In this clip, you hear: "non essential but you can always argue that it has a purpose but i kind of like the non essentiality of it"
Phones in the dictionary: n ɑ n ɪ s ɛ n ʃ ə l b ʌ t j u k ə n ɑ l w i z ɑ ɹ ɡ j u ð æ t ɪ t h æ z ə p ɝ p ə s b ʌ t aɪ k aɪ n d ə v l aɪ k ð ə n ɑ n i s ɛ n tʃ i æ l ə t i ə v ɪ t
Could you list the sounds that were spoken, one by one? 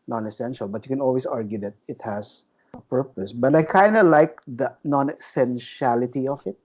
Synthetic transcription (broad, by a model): n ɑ n ɪ s ɛ n ʃ ə l b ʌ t j u k ə n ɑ l w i s ɑ ɹ ɡ j u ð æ t ɪ t h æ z ə p ɝ p ə s b ʌ t aɪ k aɪ n d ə l aɪ k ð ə n ɑ n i s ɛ n ʃ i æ l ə t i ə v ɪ t